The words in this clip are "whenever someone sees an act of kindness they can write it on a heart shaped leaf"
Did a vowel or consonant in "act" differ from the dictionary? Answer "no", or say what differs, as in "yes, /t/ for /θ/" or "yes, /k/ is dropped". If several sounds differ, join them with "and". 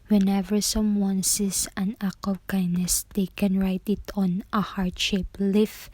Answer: yes, /t/ is dropped